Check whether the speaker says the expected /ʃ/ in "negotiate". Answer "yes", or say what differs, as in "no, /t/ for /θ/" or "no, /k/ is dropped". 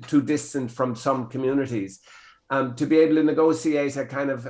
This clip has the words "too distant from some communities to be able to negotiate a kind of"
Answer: no, /s/ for /ʃ/